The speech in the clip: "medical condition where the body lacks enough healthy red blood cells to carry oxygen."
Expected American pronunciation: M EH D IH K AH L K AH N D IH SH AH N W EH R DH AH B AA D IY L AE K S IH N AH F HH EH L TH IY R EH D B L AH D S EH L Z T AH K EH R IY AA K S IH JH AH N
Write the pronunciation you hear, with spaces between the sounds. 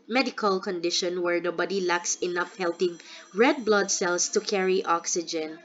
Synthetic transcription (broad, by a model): M EH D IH K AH L K AH N D IH SH AH N W EH R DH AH B AA D IY L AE K S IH N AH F HH EH L T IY R EH D B L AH D S EH L S T AH K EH R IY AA K S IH JH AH N